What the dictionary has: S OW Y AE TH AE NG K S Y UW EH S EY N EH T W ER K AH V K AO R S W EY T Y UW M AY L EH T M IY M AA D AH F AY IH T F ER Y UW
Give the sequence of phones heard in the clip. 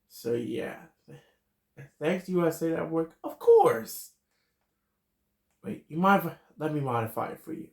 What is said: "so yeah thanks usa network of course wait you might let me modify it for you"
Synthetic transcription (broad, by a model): S OW Y AE TH AE NG K S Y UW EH S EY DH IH T W ER K AH V K AO R S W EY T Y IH M AY L EH T M IY M AA D AH F AY IH T F ER Y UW